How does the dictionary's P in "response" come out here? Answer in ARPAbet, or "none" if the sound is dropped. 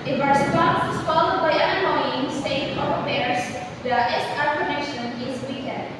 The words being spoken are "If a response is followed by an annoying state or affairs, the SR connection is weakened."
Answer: none